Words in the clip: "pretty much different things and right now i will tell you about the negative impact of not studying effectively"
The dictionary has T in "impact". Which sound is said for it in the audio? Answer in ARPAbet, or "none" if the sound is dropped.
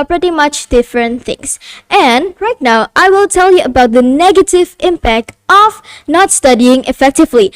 T